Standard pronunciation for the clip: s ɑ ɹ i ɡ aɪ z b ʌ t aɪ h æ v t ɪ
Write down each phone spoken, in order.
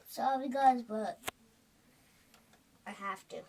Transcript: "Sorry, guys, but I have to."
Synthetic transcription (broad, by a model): s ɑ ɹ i ɡ aɪ z b ʌ t aɪ h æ f t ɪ